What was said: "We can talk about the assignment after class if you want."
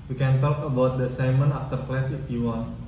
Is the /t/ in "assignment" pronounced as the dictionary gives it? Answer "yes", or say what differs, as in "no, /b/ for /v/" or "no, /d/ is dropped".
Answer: no, /t/ is dropped